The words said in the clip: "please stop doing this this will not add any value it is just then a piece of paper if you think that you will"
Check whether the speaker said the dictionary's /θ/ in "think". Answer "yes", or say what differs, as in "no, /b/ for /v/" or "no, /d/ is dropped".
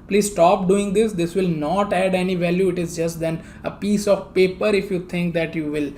no, /t/ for /θ/